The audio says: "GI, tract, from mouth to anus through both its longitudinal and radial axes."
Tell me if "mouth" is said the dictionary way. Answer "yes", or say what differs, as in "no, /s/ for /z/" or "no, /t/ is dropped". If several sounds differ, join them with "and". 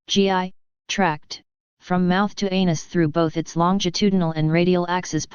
yes